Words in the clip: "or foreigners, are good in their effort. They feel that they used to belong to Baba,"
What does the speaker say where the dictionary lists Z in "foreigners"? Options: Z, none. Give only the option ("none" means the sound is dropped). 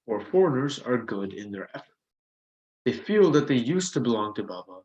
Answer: Z